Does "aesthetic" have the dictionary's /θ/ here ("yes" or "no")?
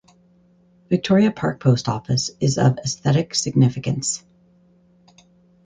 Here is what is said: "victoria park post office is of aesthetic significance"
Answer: yes